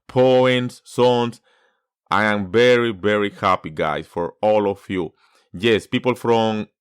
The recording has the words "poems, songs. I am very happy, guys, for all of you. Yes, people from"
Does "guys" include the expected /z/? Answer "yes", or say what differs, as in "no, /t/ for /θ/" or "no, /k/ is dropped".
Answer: no, /s/ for /z/